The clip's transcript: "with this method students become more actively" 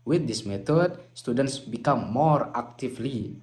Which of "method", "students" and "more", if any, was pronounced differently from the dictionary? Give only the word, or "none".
method